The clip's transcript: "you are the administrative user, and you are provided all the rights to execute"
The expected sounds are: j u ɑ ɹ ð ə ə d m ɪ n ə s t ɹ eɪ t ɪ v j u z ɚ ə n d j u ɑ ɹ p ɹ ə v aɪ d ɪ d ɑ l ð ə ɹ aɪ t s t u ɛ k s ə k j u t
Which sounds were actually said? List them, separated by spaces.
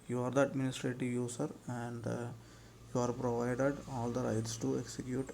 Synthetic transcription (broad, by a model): j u ɑ ɹ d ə ə d m ɪ n ə s t ɹ eɪ t ɪ v j u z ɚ ə n d j u ɑ ɹ p ɹ ə v aɪ d ɪ d ɑ l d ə ɹ aɪ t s t u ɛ k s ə k j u t